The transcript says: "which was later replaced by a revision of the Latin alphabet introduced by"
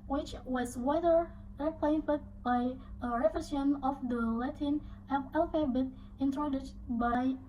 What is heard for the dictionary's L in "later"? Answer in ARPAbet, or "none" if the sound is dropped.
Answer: W